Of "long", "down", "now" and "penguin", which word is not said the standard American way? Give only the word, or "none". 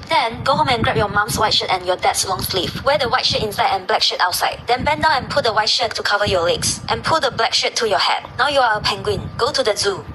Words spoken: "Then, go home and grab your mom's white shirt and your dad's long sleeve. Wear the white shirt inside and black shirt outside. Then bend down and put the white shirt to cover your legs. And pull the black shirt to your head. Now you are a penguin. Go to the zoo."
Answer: down